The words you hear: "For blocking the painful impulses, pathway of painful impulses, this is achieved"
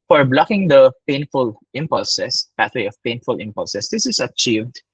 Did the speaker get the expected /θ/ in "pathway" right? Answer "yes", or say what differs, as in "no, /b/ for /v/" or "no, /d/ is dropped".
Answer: no, /t/ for /θ/